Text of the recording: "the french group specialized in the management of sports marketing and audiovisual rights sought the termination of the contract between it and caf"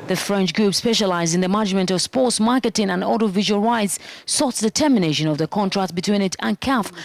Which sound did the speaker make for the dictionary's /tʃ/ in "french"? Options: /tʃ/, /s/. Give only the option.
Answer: /tʃ/